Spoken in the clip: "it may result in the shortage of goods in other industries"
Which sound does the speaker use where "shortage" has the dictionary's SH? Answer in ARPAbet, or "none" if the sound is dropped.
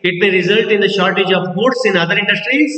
SH